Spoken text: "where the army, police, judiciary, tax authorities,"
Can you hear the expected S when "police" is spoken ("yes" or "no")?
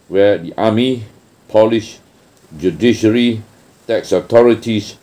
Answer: no